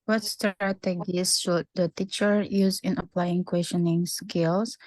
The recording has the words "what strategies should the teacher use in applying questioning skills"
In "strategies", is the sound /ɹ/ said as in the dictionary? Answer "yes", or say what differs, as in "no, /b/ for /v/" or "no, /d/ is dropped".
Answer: no, /ɹ/ is dropped